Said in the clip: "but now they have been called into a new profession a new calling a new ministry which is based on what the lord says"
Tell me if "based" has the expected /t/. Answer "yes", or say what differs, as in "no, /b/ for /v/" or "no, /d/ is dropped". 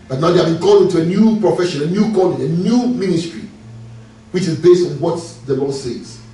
yes